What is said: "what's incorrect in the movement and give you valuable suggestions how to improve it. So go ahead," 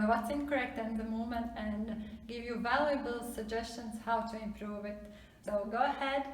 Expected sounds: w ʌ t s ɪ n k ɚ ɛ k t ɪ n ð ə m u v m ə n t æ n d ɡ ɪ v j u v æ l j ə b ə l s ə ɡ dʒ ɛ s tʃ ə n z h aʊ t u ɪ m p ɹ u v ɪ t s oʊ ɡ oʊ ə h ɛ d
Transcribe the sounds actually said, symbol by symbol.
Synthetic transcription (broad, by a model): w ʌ t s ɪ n k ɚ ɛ k t ɪ n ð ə m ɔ m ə n t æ n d ɡ ɪ v j u v æ l j ə b ə l s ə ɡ dʒ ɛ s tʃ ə n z h aʊ t u ɪ m p ɹ u v ɪ t s oʊ ɡ oʊ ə h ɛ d